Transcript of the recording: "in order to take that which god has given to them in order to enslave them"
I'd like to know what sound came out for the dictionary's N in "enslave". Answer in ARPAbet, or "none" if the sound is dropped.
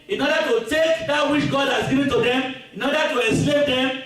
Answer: none